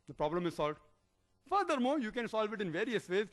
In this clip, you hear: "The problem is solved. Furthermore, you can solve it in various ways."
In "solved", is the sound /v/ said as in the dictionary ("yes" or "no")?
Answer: yes